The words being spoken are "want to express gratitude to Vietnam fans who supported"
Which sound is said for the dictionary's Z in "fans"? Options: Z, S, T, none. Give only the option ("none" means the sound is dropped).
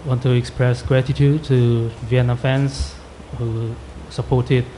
S